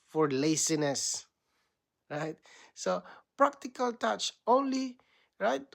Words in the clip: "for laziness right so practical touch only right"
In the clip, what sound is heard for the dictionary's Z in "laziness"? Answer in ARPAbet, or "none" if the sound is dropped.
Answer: S